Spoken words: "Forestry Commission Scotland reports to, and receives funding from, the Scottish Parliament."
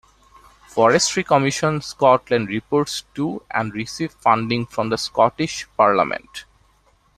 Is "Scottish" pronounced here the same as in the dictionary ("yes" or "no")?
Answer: yes